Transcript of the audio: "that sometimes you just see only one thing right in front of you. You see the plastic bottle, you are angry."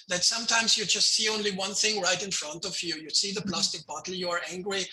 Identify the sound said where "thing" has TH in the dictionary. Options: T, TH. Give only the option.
TH